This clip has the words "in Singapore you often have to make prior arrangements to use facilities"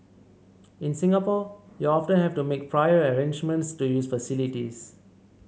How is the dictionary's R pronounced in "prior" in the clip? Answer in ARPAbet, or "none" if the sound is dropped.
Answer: R